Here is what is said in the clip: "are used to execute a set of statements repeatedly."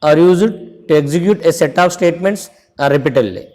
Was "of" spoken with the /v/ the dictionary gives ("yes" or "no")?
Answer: no